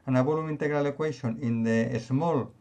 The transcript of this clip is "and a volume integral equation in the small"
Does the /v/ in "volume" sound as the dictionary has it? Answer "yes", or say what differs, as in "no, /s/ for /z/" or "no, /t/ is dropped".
no, /b/ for /v/